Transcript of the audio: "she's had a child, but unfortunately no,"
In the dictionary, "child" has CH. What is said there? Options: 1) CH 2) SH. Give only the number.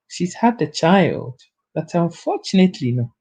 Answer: 1